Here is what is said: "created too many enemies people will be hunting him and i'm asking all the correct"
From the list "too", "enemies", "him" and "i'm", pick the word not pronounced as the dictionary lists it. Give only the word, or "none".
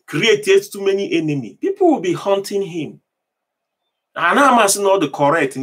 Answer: enemies